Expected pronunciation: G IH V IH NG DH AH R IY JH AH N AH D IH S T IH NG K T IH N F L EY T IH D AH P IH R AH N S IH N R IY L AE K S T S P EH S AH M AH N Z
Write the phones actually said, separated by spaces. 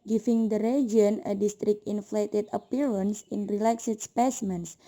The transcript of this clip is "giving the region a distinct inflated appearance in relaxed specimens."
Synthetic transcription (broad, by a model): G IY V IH NG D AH R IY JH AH N AH D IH S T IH K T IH N F L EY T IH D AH P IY R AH N S IH N R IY L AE K S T S P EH S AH M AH N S